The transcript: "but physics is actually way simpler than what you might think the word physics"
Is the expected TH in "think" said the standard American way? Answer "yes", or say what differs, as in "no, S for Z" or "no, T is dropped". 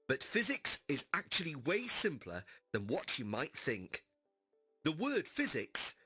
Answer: yes